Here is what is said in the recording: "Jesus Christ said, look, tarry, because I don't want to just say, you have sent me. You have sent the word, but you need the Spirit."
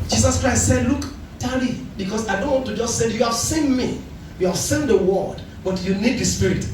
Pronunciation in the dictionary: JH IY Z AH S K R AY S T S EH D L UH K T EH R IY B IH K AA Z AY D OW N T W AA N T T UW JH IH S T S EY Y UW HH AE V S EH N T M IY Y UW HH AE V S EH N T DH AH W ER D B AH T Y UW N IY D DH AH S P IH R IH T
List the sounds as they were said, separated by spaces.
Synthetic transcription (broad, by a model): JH IY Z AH S K R AY S T S EH D L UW K T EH L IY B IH K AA S AY D OW N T W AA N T T UW JH IH S T S EY Y UW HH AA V S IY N M IY Y UW HH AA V S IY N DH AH W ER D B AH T Y UW N IY D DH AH S P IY R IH T